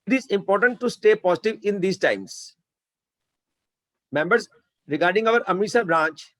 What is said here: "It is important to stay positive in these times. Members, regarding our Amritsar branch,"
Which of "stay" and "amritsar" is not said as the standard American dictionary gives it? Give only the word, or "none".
amritsar